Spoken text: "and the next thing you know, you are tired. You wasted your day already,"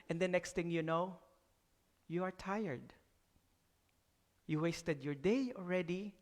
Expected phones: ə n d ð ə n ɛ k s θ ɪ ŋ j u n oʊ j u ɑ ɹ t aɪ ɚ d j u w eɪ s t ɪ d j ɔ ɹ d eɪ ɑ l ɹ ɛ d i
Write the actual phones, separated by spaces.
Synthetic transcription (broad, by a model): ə n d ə n ɛ k s t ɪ ŋ j u n oʊ j u ɑ ɹ t aɪ ɚ d j u w eɪ s t ɪ d j ɔ ɹ d eɪ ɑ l ɹ ɛ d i